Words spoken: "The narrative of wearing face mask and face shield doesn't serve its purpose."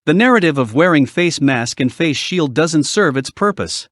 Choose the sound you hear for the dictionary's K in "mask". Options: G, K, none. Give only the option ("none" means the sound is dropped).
K